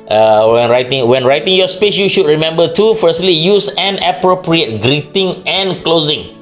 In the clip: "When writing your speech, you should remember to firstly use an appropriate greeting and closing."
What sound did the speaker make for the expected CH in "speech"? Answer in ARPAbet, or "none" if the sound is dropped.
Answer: S